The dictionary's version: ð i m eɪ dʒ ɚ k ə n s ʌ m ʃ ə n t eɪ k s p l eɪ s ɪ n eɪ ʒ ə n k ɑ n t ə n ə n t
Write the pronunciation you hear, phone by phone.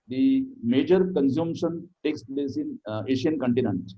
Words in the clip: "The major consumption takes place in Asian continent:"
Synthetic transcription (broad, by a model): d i m eɪ dʒ ɚ k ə n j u m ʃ ə n t eɪ k s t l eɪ s ɪ n eɪ ʃ ə n k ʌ n t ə n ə n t